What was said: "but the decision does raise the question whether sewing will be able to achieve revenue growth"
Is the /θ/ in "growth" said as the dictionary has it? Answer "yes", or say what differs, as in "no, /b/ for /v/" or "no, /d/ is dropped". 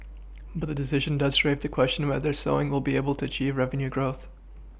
yes